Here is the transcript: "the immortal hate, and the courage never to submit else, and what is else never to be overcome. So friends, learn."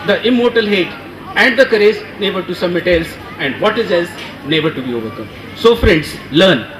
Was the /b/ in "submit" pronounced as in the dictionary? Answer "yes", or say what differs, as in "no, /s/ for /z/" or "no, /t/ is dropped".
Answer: no, /b/ is dropped